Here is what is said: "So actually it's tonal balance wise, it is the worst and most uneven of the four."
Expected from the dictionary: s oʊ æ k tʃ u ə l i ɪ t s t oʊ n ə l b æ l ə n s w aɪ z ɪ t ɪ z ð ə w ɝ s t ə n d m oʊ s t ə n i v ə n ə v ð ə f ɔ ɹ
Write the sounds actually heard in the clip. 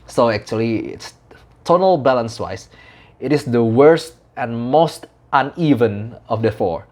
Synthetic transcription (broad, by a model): s oʊ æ k tʃ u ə l i ɪ t s t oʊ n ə l b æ l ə n s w aɪ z ɪ t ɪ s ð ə w ɝ s t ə n m oʊ s t ə n i v ə n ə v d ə f ɔ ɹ